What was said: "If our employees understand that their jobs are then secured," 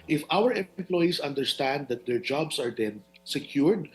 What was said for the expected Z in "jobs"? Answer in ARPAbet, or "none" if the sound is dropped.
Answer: S